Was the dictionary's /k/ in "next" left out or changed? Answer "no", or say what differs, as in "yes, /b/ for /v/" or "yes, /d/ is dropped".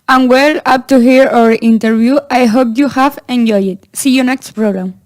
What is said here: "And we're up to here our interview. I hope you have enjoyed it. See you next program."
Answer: no